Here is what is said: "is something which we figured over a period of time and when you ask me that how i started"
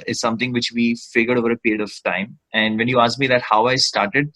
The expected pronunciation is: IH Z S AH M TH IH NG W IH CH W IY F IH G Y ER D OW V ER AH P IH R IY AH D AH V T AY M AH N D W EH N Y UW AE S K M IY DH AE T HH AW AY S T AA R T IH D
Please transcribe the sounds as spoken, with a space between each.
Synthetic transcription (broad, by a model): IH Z S AH M T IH NG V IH CH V IY F IH G Y ER D OW V ER AH P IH R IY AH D AH V T AY M AH N D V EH N Y UW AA S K M IY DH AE T HH AW AY S T AA R T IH D